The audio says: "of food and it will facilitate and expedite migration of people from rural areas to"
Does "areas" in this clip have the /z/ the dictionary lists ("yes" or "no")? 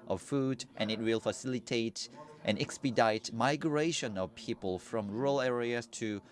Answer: no